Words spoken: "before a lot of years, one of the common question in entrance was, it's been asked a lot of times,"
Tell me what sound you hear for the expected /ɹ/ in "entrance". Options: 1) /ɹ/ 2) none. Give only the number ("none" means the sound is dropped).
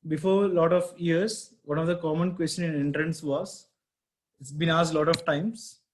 1